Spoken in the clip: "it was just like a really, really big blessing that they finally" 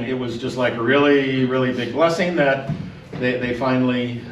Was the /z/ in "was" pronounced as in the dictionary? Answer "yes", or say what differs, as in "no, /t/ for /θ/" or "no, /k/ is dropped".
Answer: yes